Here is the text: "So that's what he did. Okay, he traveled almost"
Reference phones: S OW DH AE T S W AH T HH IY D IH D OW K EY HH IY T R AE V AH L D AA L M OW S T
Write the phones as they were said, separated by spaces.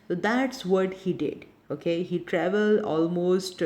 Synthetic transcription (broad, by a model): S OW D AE T S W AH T HH IY D IH D OW K EY HH IY T R AE V AH L D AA L M OW S T